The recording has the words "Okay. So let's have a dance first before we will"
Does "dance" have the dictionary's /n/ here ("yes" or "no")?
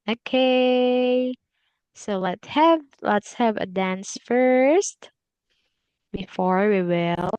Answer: yes